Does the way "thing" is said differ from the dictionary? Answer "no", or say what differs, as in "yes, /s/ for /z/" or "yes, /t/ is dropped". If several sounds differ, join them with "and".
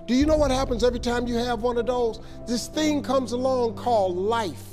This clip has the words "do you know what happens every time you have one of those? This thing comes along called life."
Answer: no